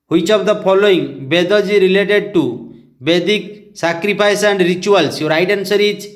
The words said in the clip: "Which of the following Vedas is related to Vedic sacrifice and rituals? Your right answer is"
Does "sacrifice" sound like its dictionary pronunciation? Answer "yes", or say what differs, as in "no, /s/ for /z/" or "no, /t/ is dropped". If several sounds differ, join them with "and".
no, /p/ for /f/